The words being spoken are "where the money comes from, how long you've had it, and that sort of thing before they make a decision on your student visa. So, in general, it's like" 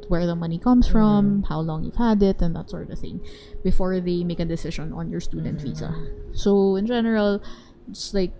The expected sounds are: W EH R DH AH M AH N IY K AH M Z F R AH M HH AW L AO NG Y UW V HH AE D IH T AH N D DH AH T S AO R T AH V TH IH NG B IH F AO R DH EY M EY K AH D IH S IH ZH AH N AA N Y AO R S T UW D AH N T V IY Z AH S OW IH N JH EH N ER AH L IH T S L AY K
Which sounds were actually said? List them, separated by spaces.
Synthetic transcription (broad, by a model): W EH R DH AH M AH N IY K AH M S F R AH M HH AW L AO NG Y UW V HH AE D IH T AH N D DH AH T S AO R T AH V TH IH NG B IH F AO R DH EY M EY K AH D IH S IH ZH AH N AA N Y AO R S T UW D AH N T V IY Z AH S OW IH N JH EH N ER AH L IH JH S L AY K